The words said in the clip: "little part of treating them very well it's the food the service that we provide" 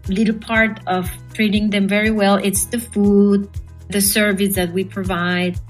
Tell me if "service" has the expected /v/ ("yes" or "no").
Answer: yes